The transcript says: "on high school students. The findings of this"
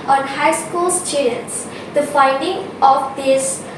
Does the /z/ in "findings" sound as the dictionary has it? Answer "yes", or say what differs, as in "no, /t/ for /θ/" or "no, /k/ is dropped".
no, /z/ is dropped